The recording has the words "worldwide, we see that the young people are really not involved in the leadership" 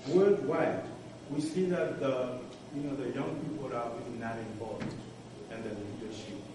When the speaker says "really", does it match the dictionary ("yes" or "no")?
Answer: no